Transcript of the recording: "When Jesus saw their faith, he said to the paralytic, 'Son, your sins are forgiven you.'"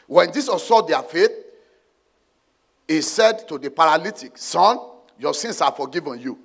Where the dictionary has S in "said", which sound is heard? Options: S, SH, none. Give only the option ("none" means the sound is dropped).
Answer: S